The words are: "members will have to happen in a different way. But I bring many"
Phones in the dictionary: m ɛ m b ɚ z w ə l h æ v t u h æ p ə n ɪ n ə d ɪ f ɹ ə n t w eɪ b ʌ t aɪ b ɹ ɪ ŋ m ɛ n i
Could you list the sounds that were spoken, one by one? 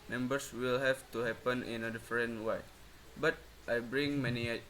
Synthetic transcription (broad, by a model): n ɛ m b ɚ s w ə l h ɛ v t u h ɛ p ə n ɪ n ə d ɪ f ɹ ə n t w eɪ b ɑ t aɪ b ɹ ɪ ŋ m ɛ n i